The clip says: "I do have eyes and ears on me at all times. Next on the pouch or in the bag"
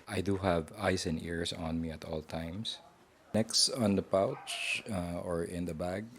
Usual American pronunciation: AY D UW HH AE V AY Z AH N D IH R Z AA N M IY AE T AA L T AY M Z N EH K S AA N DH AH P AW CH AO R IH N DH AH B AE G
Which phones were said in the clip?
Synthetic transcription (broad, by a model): AY D UW HH AE V AY S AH N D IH R S AA N M IY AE T AA L T AY M S N EH K S AA N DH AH P AW CH AO R IH N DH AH B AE G